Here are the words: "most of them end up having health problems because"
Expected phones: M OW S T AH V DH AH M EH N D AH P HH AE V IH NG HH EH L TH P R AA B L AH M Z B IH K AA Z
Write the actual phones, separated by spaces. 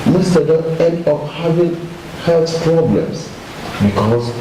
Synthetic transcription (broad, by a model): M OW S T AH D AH EH N D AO F HH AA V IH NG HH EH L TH P R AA B L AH M S B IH K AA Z